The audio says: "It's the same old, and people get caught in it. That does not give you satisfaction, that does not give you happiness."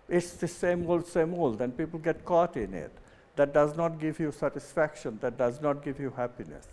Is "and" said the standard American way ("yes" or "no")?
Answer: no